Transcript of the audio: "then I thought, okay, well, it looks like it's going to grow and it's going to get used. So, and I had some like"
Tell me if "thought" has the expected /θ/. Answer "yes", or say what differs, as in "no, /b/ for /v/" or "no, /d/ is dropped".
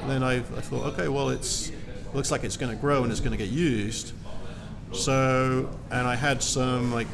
yes